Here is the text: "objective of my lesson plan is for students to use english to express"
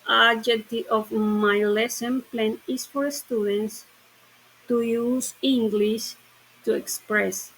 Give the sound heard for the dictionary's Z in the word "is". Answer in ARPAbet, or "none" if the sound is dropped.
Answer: S